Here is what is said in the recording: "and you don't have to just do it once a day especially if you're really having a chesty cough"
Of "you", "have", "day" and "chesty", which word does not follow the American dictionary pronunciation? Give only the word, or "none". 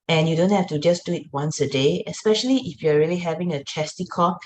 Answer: have